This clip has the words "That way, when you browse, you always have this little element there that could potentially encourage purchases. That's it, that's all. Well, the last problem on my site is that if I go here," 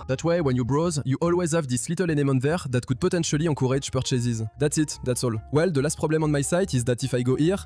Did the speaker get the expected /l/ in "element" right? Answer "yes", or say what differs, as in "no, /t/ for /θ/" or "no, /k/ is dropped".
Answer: no, /n/ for /l/